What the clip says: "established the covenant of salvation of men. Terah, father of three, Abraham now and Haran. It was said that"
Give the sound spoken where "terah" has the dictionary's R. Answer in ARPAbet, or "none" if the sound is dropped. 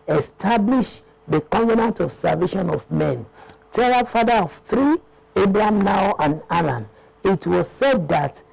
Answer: L